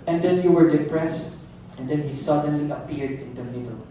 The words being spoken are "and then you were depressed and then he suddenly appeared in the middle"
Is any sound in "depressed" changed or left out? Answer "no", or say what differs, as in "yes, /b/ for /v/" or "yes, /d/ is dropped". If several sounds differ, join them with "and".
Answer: no